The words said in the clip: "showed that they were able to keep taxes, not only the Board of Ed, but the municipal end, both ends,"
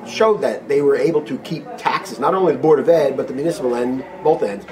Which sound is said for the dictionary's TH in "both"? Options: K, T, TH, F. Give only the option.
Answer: TH